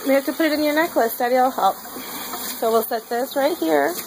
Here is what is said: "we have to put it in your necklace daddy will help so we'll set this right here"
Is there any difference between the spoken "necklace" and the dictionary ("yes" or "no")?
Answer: no